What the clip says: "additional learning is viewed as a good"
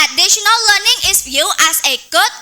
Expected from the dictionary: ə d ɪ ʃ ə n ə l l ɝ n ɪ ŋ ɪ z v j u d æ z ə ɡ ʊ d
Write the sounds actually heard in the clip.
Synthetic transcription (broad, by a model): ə d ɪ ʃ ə n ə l l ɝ n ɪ ŋ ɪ s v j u æ s ə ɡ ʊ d